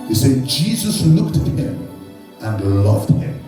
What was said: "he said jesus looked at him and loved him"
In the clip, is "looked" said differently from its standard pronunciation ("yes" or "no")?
no